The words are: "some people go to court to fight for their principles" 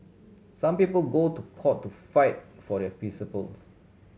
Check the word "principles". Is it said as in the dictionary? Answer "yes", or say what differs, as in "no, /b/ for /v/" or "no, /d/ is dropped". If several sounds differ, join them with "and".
no, /ɹ/ is dropped and /n/ is dropped and /z/ is dropped